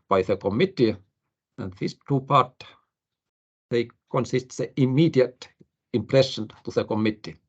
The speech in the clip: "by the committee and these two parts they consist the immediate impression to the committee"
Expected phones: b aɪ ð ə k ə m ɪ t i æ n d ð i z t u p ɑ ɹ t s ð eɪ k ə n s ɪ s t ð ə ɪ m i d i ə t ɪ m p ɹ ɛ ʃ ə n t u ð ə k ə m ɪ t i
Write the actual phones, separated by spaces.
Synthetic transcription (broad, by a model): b aɪ ð ə k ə m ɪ t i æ n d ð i s t u p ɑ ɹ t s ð eɪ k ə n s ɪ s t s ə ɪ m i d i ə t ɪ m p ɹ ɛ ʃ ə n t u ð ə k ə m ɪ t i